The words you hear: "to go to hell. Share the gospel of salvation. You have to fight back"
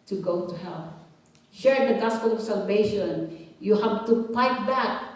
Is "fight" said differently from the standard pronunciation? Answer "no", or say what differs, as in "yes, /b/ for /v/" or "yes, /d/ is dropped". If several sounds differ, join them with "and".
yes, /p/ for /f/